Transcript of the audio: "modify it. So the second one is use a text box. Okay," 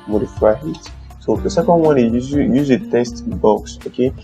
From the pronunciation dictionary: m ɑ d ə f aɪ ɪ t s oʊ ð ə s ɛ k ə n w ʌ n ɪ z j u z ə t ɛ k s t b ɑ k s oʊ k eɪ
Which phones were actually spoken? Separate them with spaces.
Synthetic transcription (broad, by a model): m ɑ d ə f aɪ ɪ t s oʊ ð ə s ɛ k ə n w ʌ n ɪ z j u z ə t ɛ s t b ɑ k s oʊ k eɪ